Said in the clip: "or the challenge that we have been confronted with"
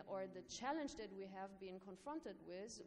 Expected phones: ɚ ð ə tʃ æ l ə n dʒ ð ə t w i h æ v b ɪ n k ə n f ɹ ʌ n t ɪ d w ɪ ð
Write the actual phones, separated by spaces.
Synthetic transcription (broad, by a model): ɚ ð ə tʃ æ l ə n dʒ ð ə t w i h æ v b ɪ n k ə n f ɹ ʌ n t ɪ d w ɪ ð